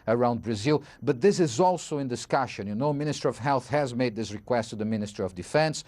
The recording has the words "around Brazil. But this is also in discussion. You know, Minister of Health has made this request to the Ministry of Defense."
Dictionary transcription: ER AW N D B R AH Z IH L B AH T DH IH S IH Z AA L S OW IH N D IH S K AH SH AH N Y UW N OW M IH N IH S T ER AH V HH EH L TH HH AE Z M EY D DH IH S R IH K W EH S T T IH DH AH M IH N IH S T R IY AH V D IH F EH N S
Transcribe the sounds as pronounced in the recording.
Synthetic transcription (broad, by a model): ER AW N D B R AH Z IH L B AH T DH IH S IH Z AA L S OW IH N D IH S K AH SH AH N Y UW N OW M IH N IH S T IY AH V HH EH L TH HH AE Z M EY D DH IH S R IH K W EH S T T IH DH AH M IH N IH S T R IY AH V D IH F EH N S